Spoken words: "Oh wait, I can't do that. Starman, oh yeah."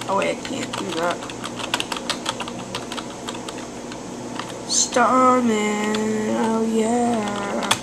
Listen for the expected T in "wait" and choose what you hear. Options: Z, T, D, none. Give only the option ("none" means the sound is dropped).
none